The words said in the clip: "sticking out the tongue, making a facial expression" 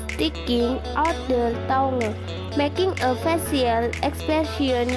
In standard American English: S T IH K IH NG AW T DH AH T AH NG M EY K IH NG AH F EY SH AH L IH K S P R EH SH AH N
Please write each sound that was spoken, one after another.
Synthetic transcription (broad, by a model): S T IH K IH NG AW T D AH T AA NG M EY K IH NG AH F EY S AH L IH K S P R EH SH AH N